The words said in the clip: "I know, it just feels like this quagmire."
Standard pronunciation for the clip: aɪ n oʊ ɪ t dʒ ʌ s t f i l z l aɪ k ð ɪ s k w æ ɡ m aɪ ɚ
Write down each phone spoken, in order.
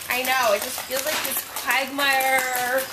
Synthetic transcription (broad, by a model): aɪ n oʊ ɪ t dʒ ʌ s t f i l z l aɪ k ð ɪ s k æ ɡ m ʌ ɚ